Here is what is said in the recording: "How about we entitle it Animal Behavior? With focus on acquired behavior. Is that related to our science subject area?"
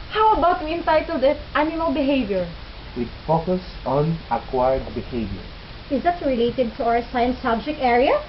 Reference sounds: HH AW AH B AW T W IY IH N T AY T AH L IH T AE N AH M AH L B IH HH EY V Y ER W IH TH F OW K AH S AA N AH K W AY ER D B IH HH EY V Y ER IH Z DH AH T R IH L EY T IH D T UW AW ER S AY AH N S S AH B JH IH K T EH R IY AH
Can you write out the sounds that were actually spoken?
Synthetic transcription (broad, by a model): HH AW AH B AW T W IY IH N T AY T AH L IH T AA AH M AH N B IH HH EY V Y ER W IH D F OW K AH S AA N AH K W AY ER D B IH HH EY V Y ER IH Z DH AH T R IH L EY T IH D T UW AW ER S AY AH N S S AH B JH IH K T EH R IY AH